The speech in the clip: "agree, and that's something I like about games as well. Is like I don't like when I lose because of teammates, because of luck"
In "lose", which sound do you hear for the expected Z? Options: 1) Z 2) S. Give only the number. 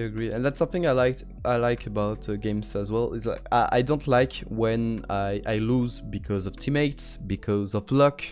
1